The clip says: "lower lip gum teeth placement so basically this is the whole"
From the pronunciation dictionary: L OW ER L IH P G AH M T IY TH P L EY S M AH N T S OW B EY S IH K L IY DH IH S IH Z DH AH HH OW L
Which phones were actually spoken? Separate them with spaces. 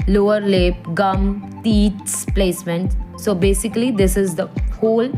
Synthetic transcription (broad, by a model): L OW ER L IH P G AH M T IY S P L EY S M AH N T S OW B EY S IH K L IY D IH S IH Z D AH HH OW L